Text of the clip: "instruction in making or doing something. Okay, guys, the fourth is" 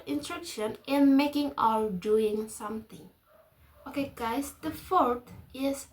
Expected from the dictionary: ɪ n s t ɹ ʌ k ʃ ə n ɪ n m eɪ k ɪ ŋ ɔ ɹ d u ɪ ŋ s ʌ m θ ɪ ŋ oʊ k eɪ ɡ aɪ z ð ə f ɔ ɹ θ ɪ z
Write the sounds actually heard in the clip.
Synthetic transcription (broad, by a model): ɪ n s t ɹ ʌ k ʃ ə n ɪ n m eɪ k ɪ ŋ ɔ l d u ɪ ŋ s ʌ m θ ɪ ŋ oʊ k eɪ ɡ aɪ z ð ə f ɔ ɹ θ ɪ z